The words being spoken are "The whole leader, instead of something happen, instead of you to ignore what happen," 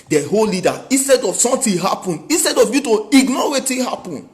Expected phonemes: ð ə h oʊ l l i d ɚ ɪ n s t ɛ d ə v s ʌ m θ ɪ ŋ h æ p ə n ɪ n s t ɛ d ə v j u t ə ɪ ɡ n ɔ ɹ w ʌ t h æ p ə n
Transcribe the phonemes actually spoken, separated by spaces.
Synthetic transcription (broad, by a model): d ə h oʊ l l i d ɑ ɪ n s t ɛ d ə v s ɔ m t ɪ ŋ h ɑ p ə n ɪ n s t ɛ d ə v j u t ə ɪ ɡ n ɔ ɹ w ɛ t h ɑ p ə n